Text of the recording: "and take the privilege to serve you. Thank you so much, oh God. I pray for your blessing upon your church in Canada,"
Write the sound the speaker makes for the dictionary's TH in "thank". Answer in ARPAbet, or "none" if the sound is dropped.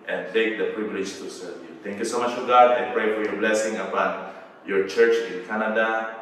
T